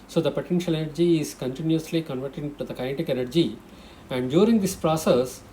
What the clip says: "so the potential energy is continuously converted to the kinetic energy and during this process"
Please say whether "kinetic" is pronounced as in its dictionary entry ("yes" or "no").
no